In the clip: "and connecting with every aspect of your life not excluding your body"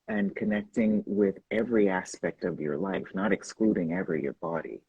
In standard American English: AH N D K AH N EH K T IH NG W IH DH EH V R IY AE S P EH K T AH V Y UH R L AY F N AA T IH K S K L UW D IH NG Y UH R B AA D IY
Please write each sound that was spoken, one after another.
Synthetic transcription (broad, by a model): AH N K AH N EH K T IH NG W IH DH EH V R IY AE S P EH K T AH V Y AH R L AY F N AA T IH K S K L UW D IH NG Y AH R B AA D IY